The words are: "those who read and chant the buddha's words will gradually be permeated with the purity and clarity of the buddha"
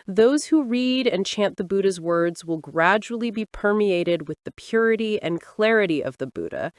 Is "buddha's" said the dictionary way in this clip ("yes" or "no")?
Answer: yes